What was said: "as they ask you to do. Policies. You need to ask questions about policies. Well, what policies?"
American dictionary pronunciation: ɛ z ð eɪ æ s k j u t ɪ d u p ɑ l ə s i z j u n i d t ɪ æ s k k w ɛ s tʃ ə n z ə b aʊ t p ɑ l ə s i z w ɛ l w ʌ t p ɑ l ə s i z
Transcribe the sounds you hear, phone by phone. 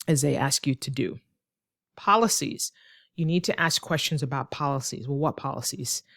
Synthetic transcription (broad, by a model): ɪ z ð eɪ æ s k j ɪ t ɪ d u p ɑ l ə s i z j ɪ n i d t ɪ æ s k k w ɛ s tʃ ə n z ə b aʊ t p ɑ l ə s i z w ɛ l w ʌ t p ɑ l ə s i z